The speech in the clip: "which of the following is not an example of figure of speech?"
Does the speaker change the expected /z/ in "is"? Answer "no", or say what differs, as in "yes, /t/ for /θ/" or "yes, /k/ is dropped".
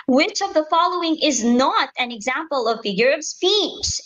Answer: no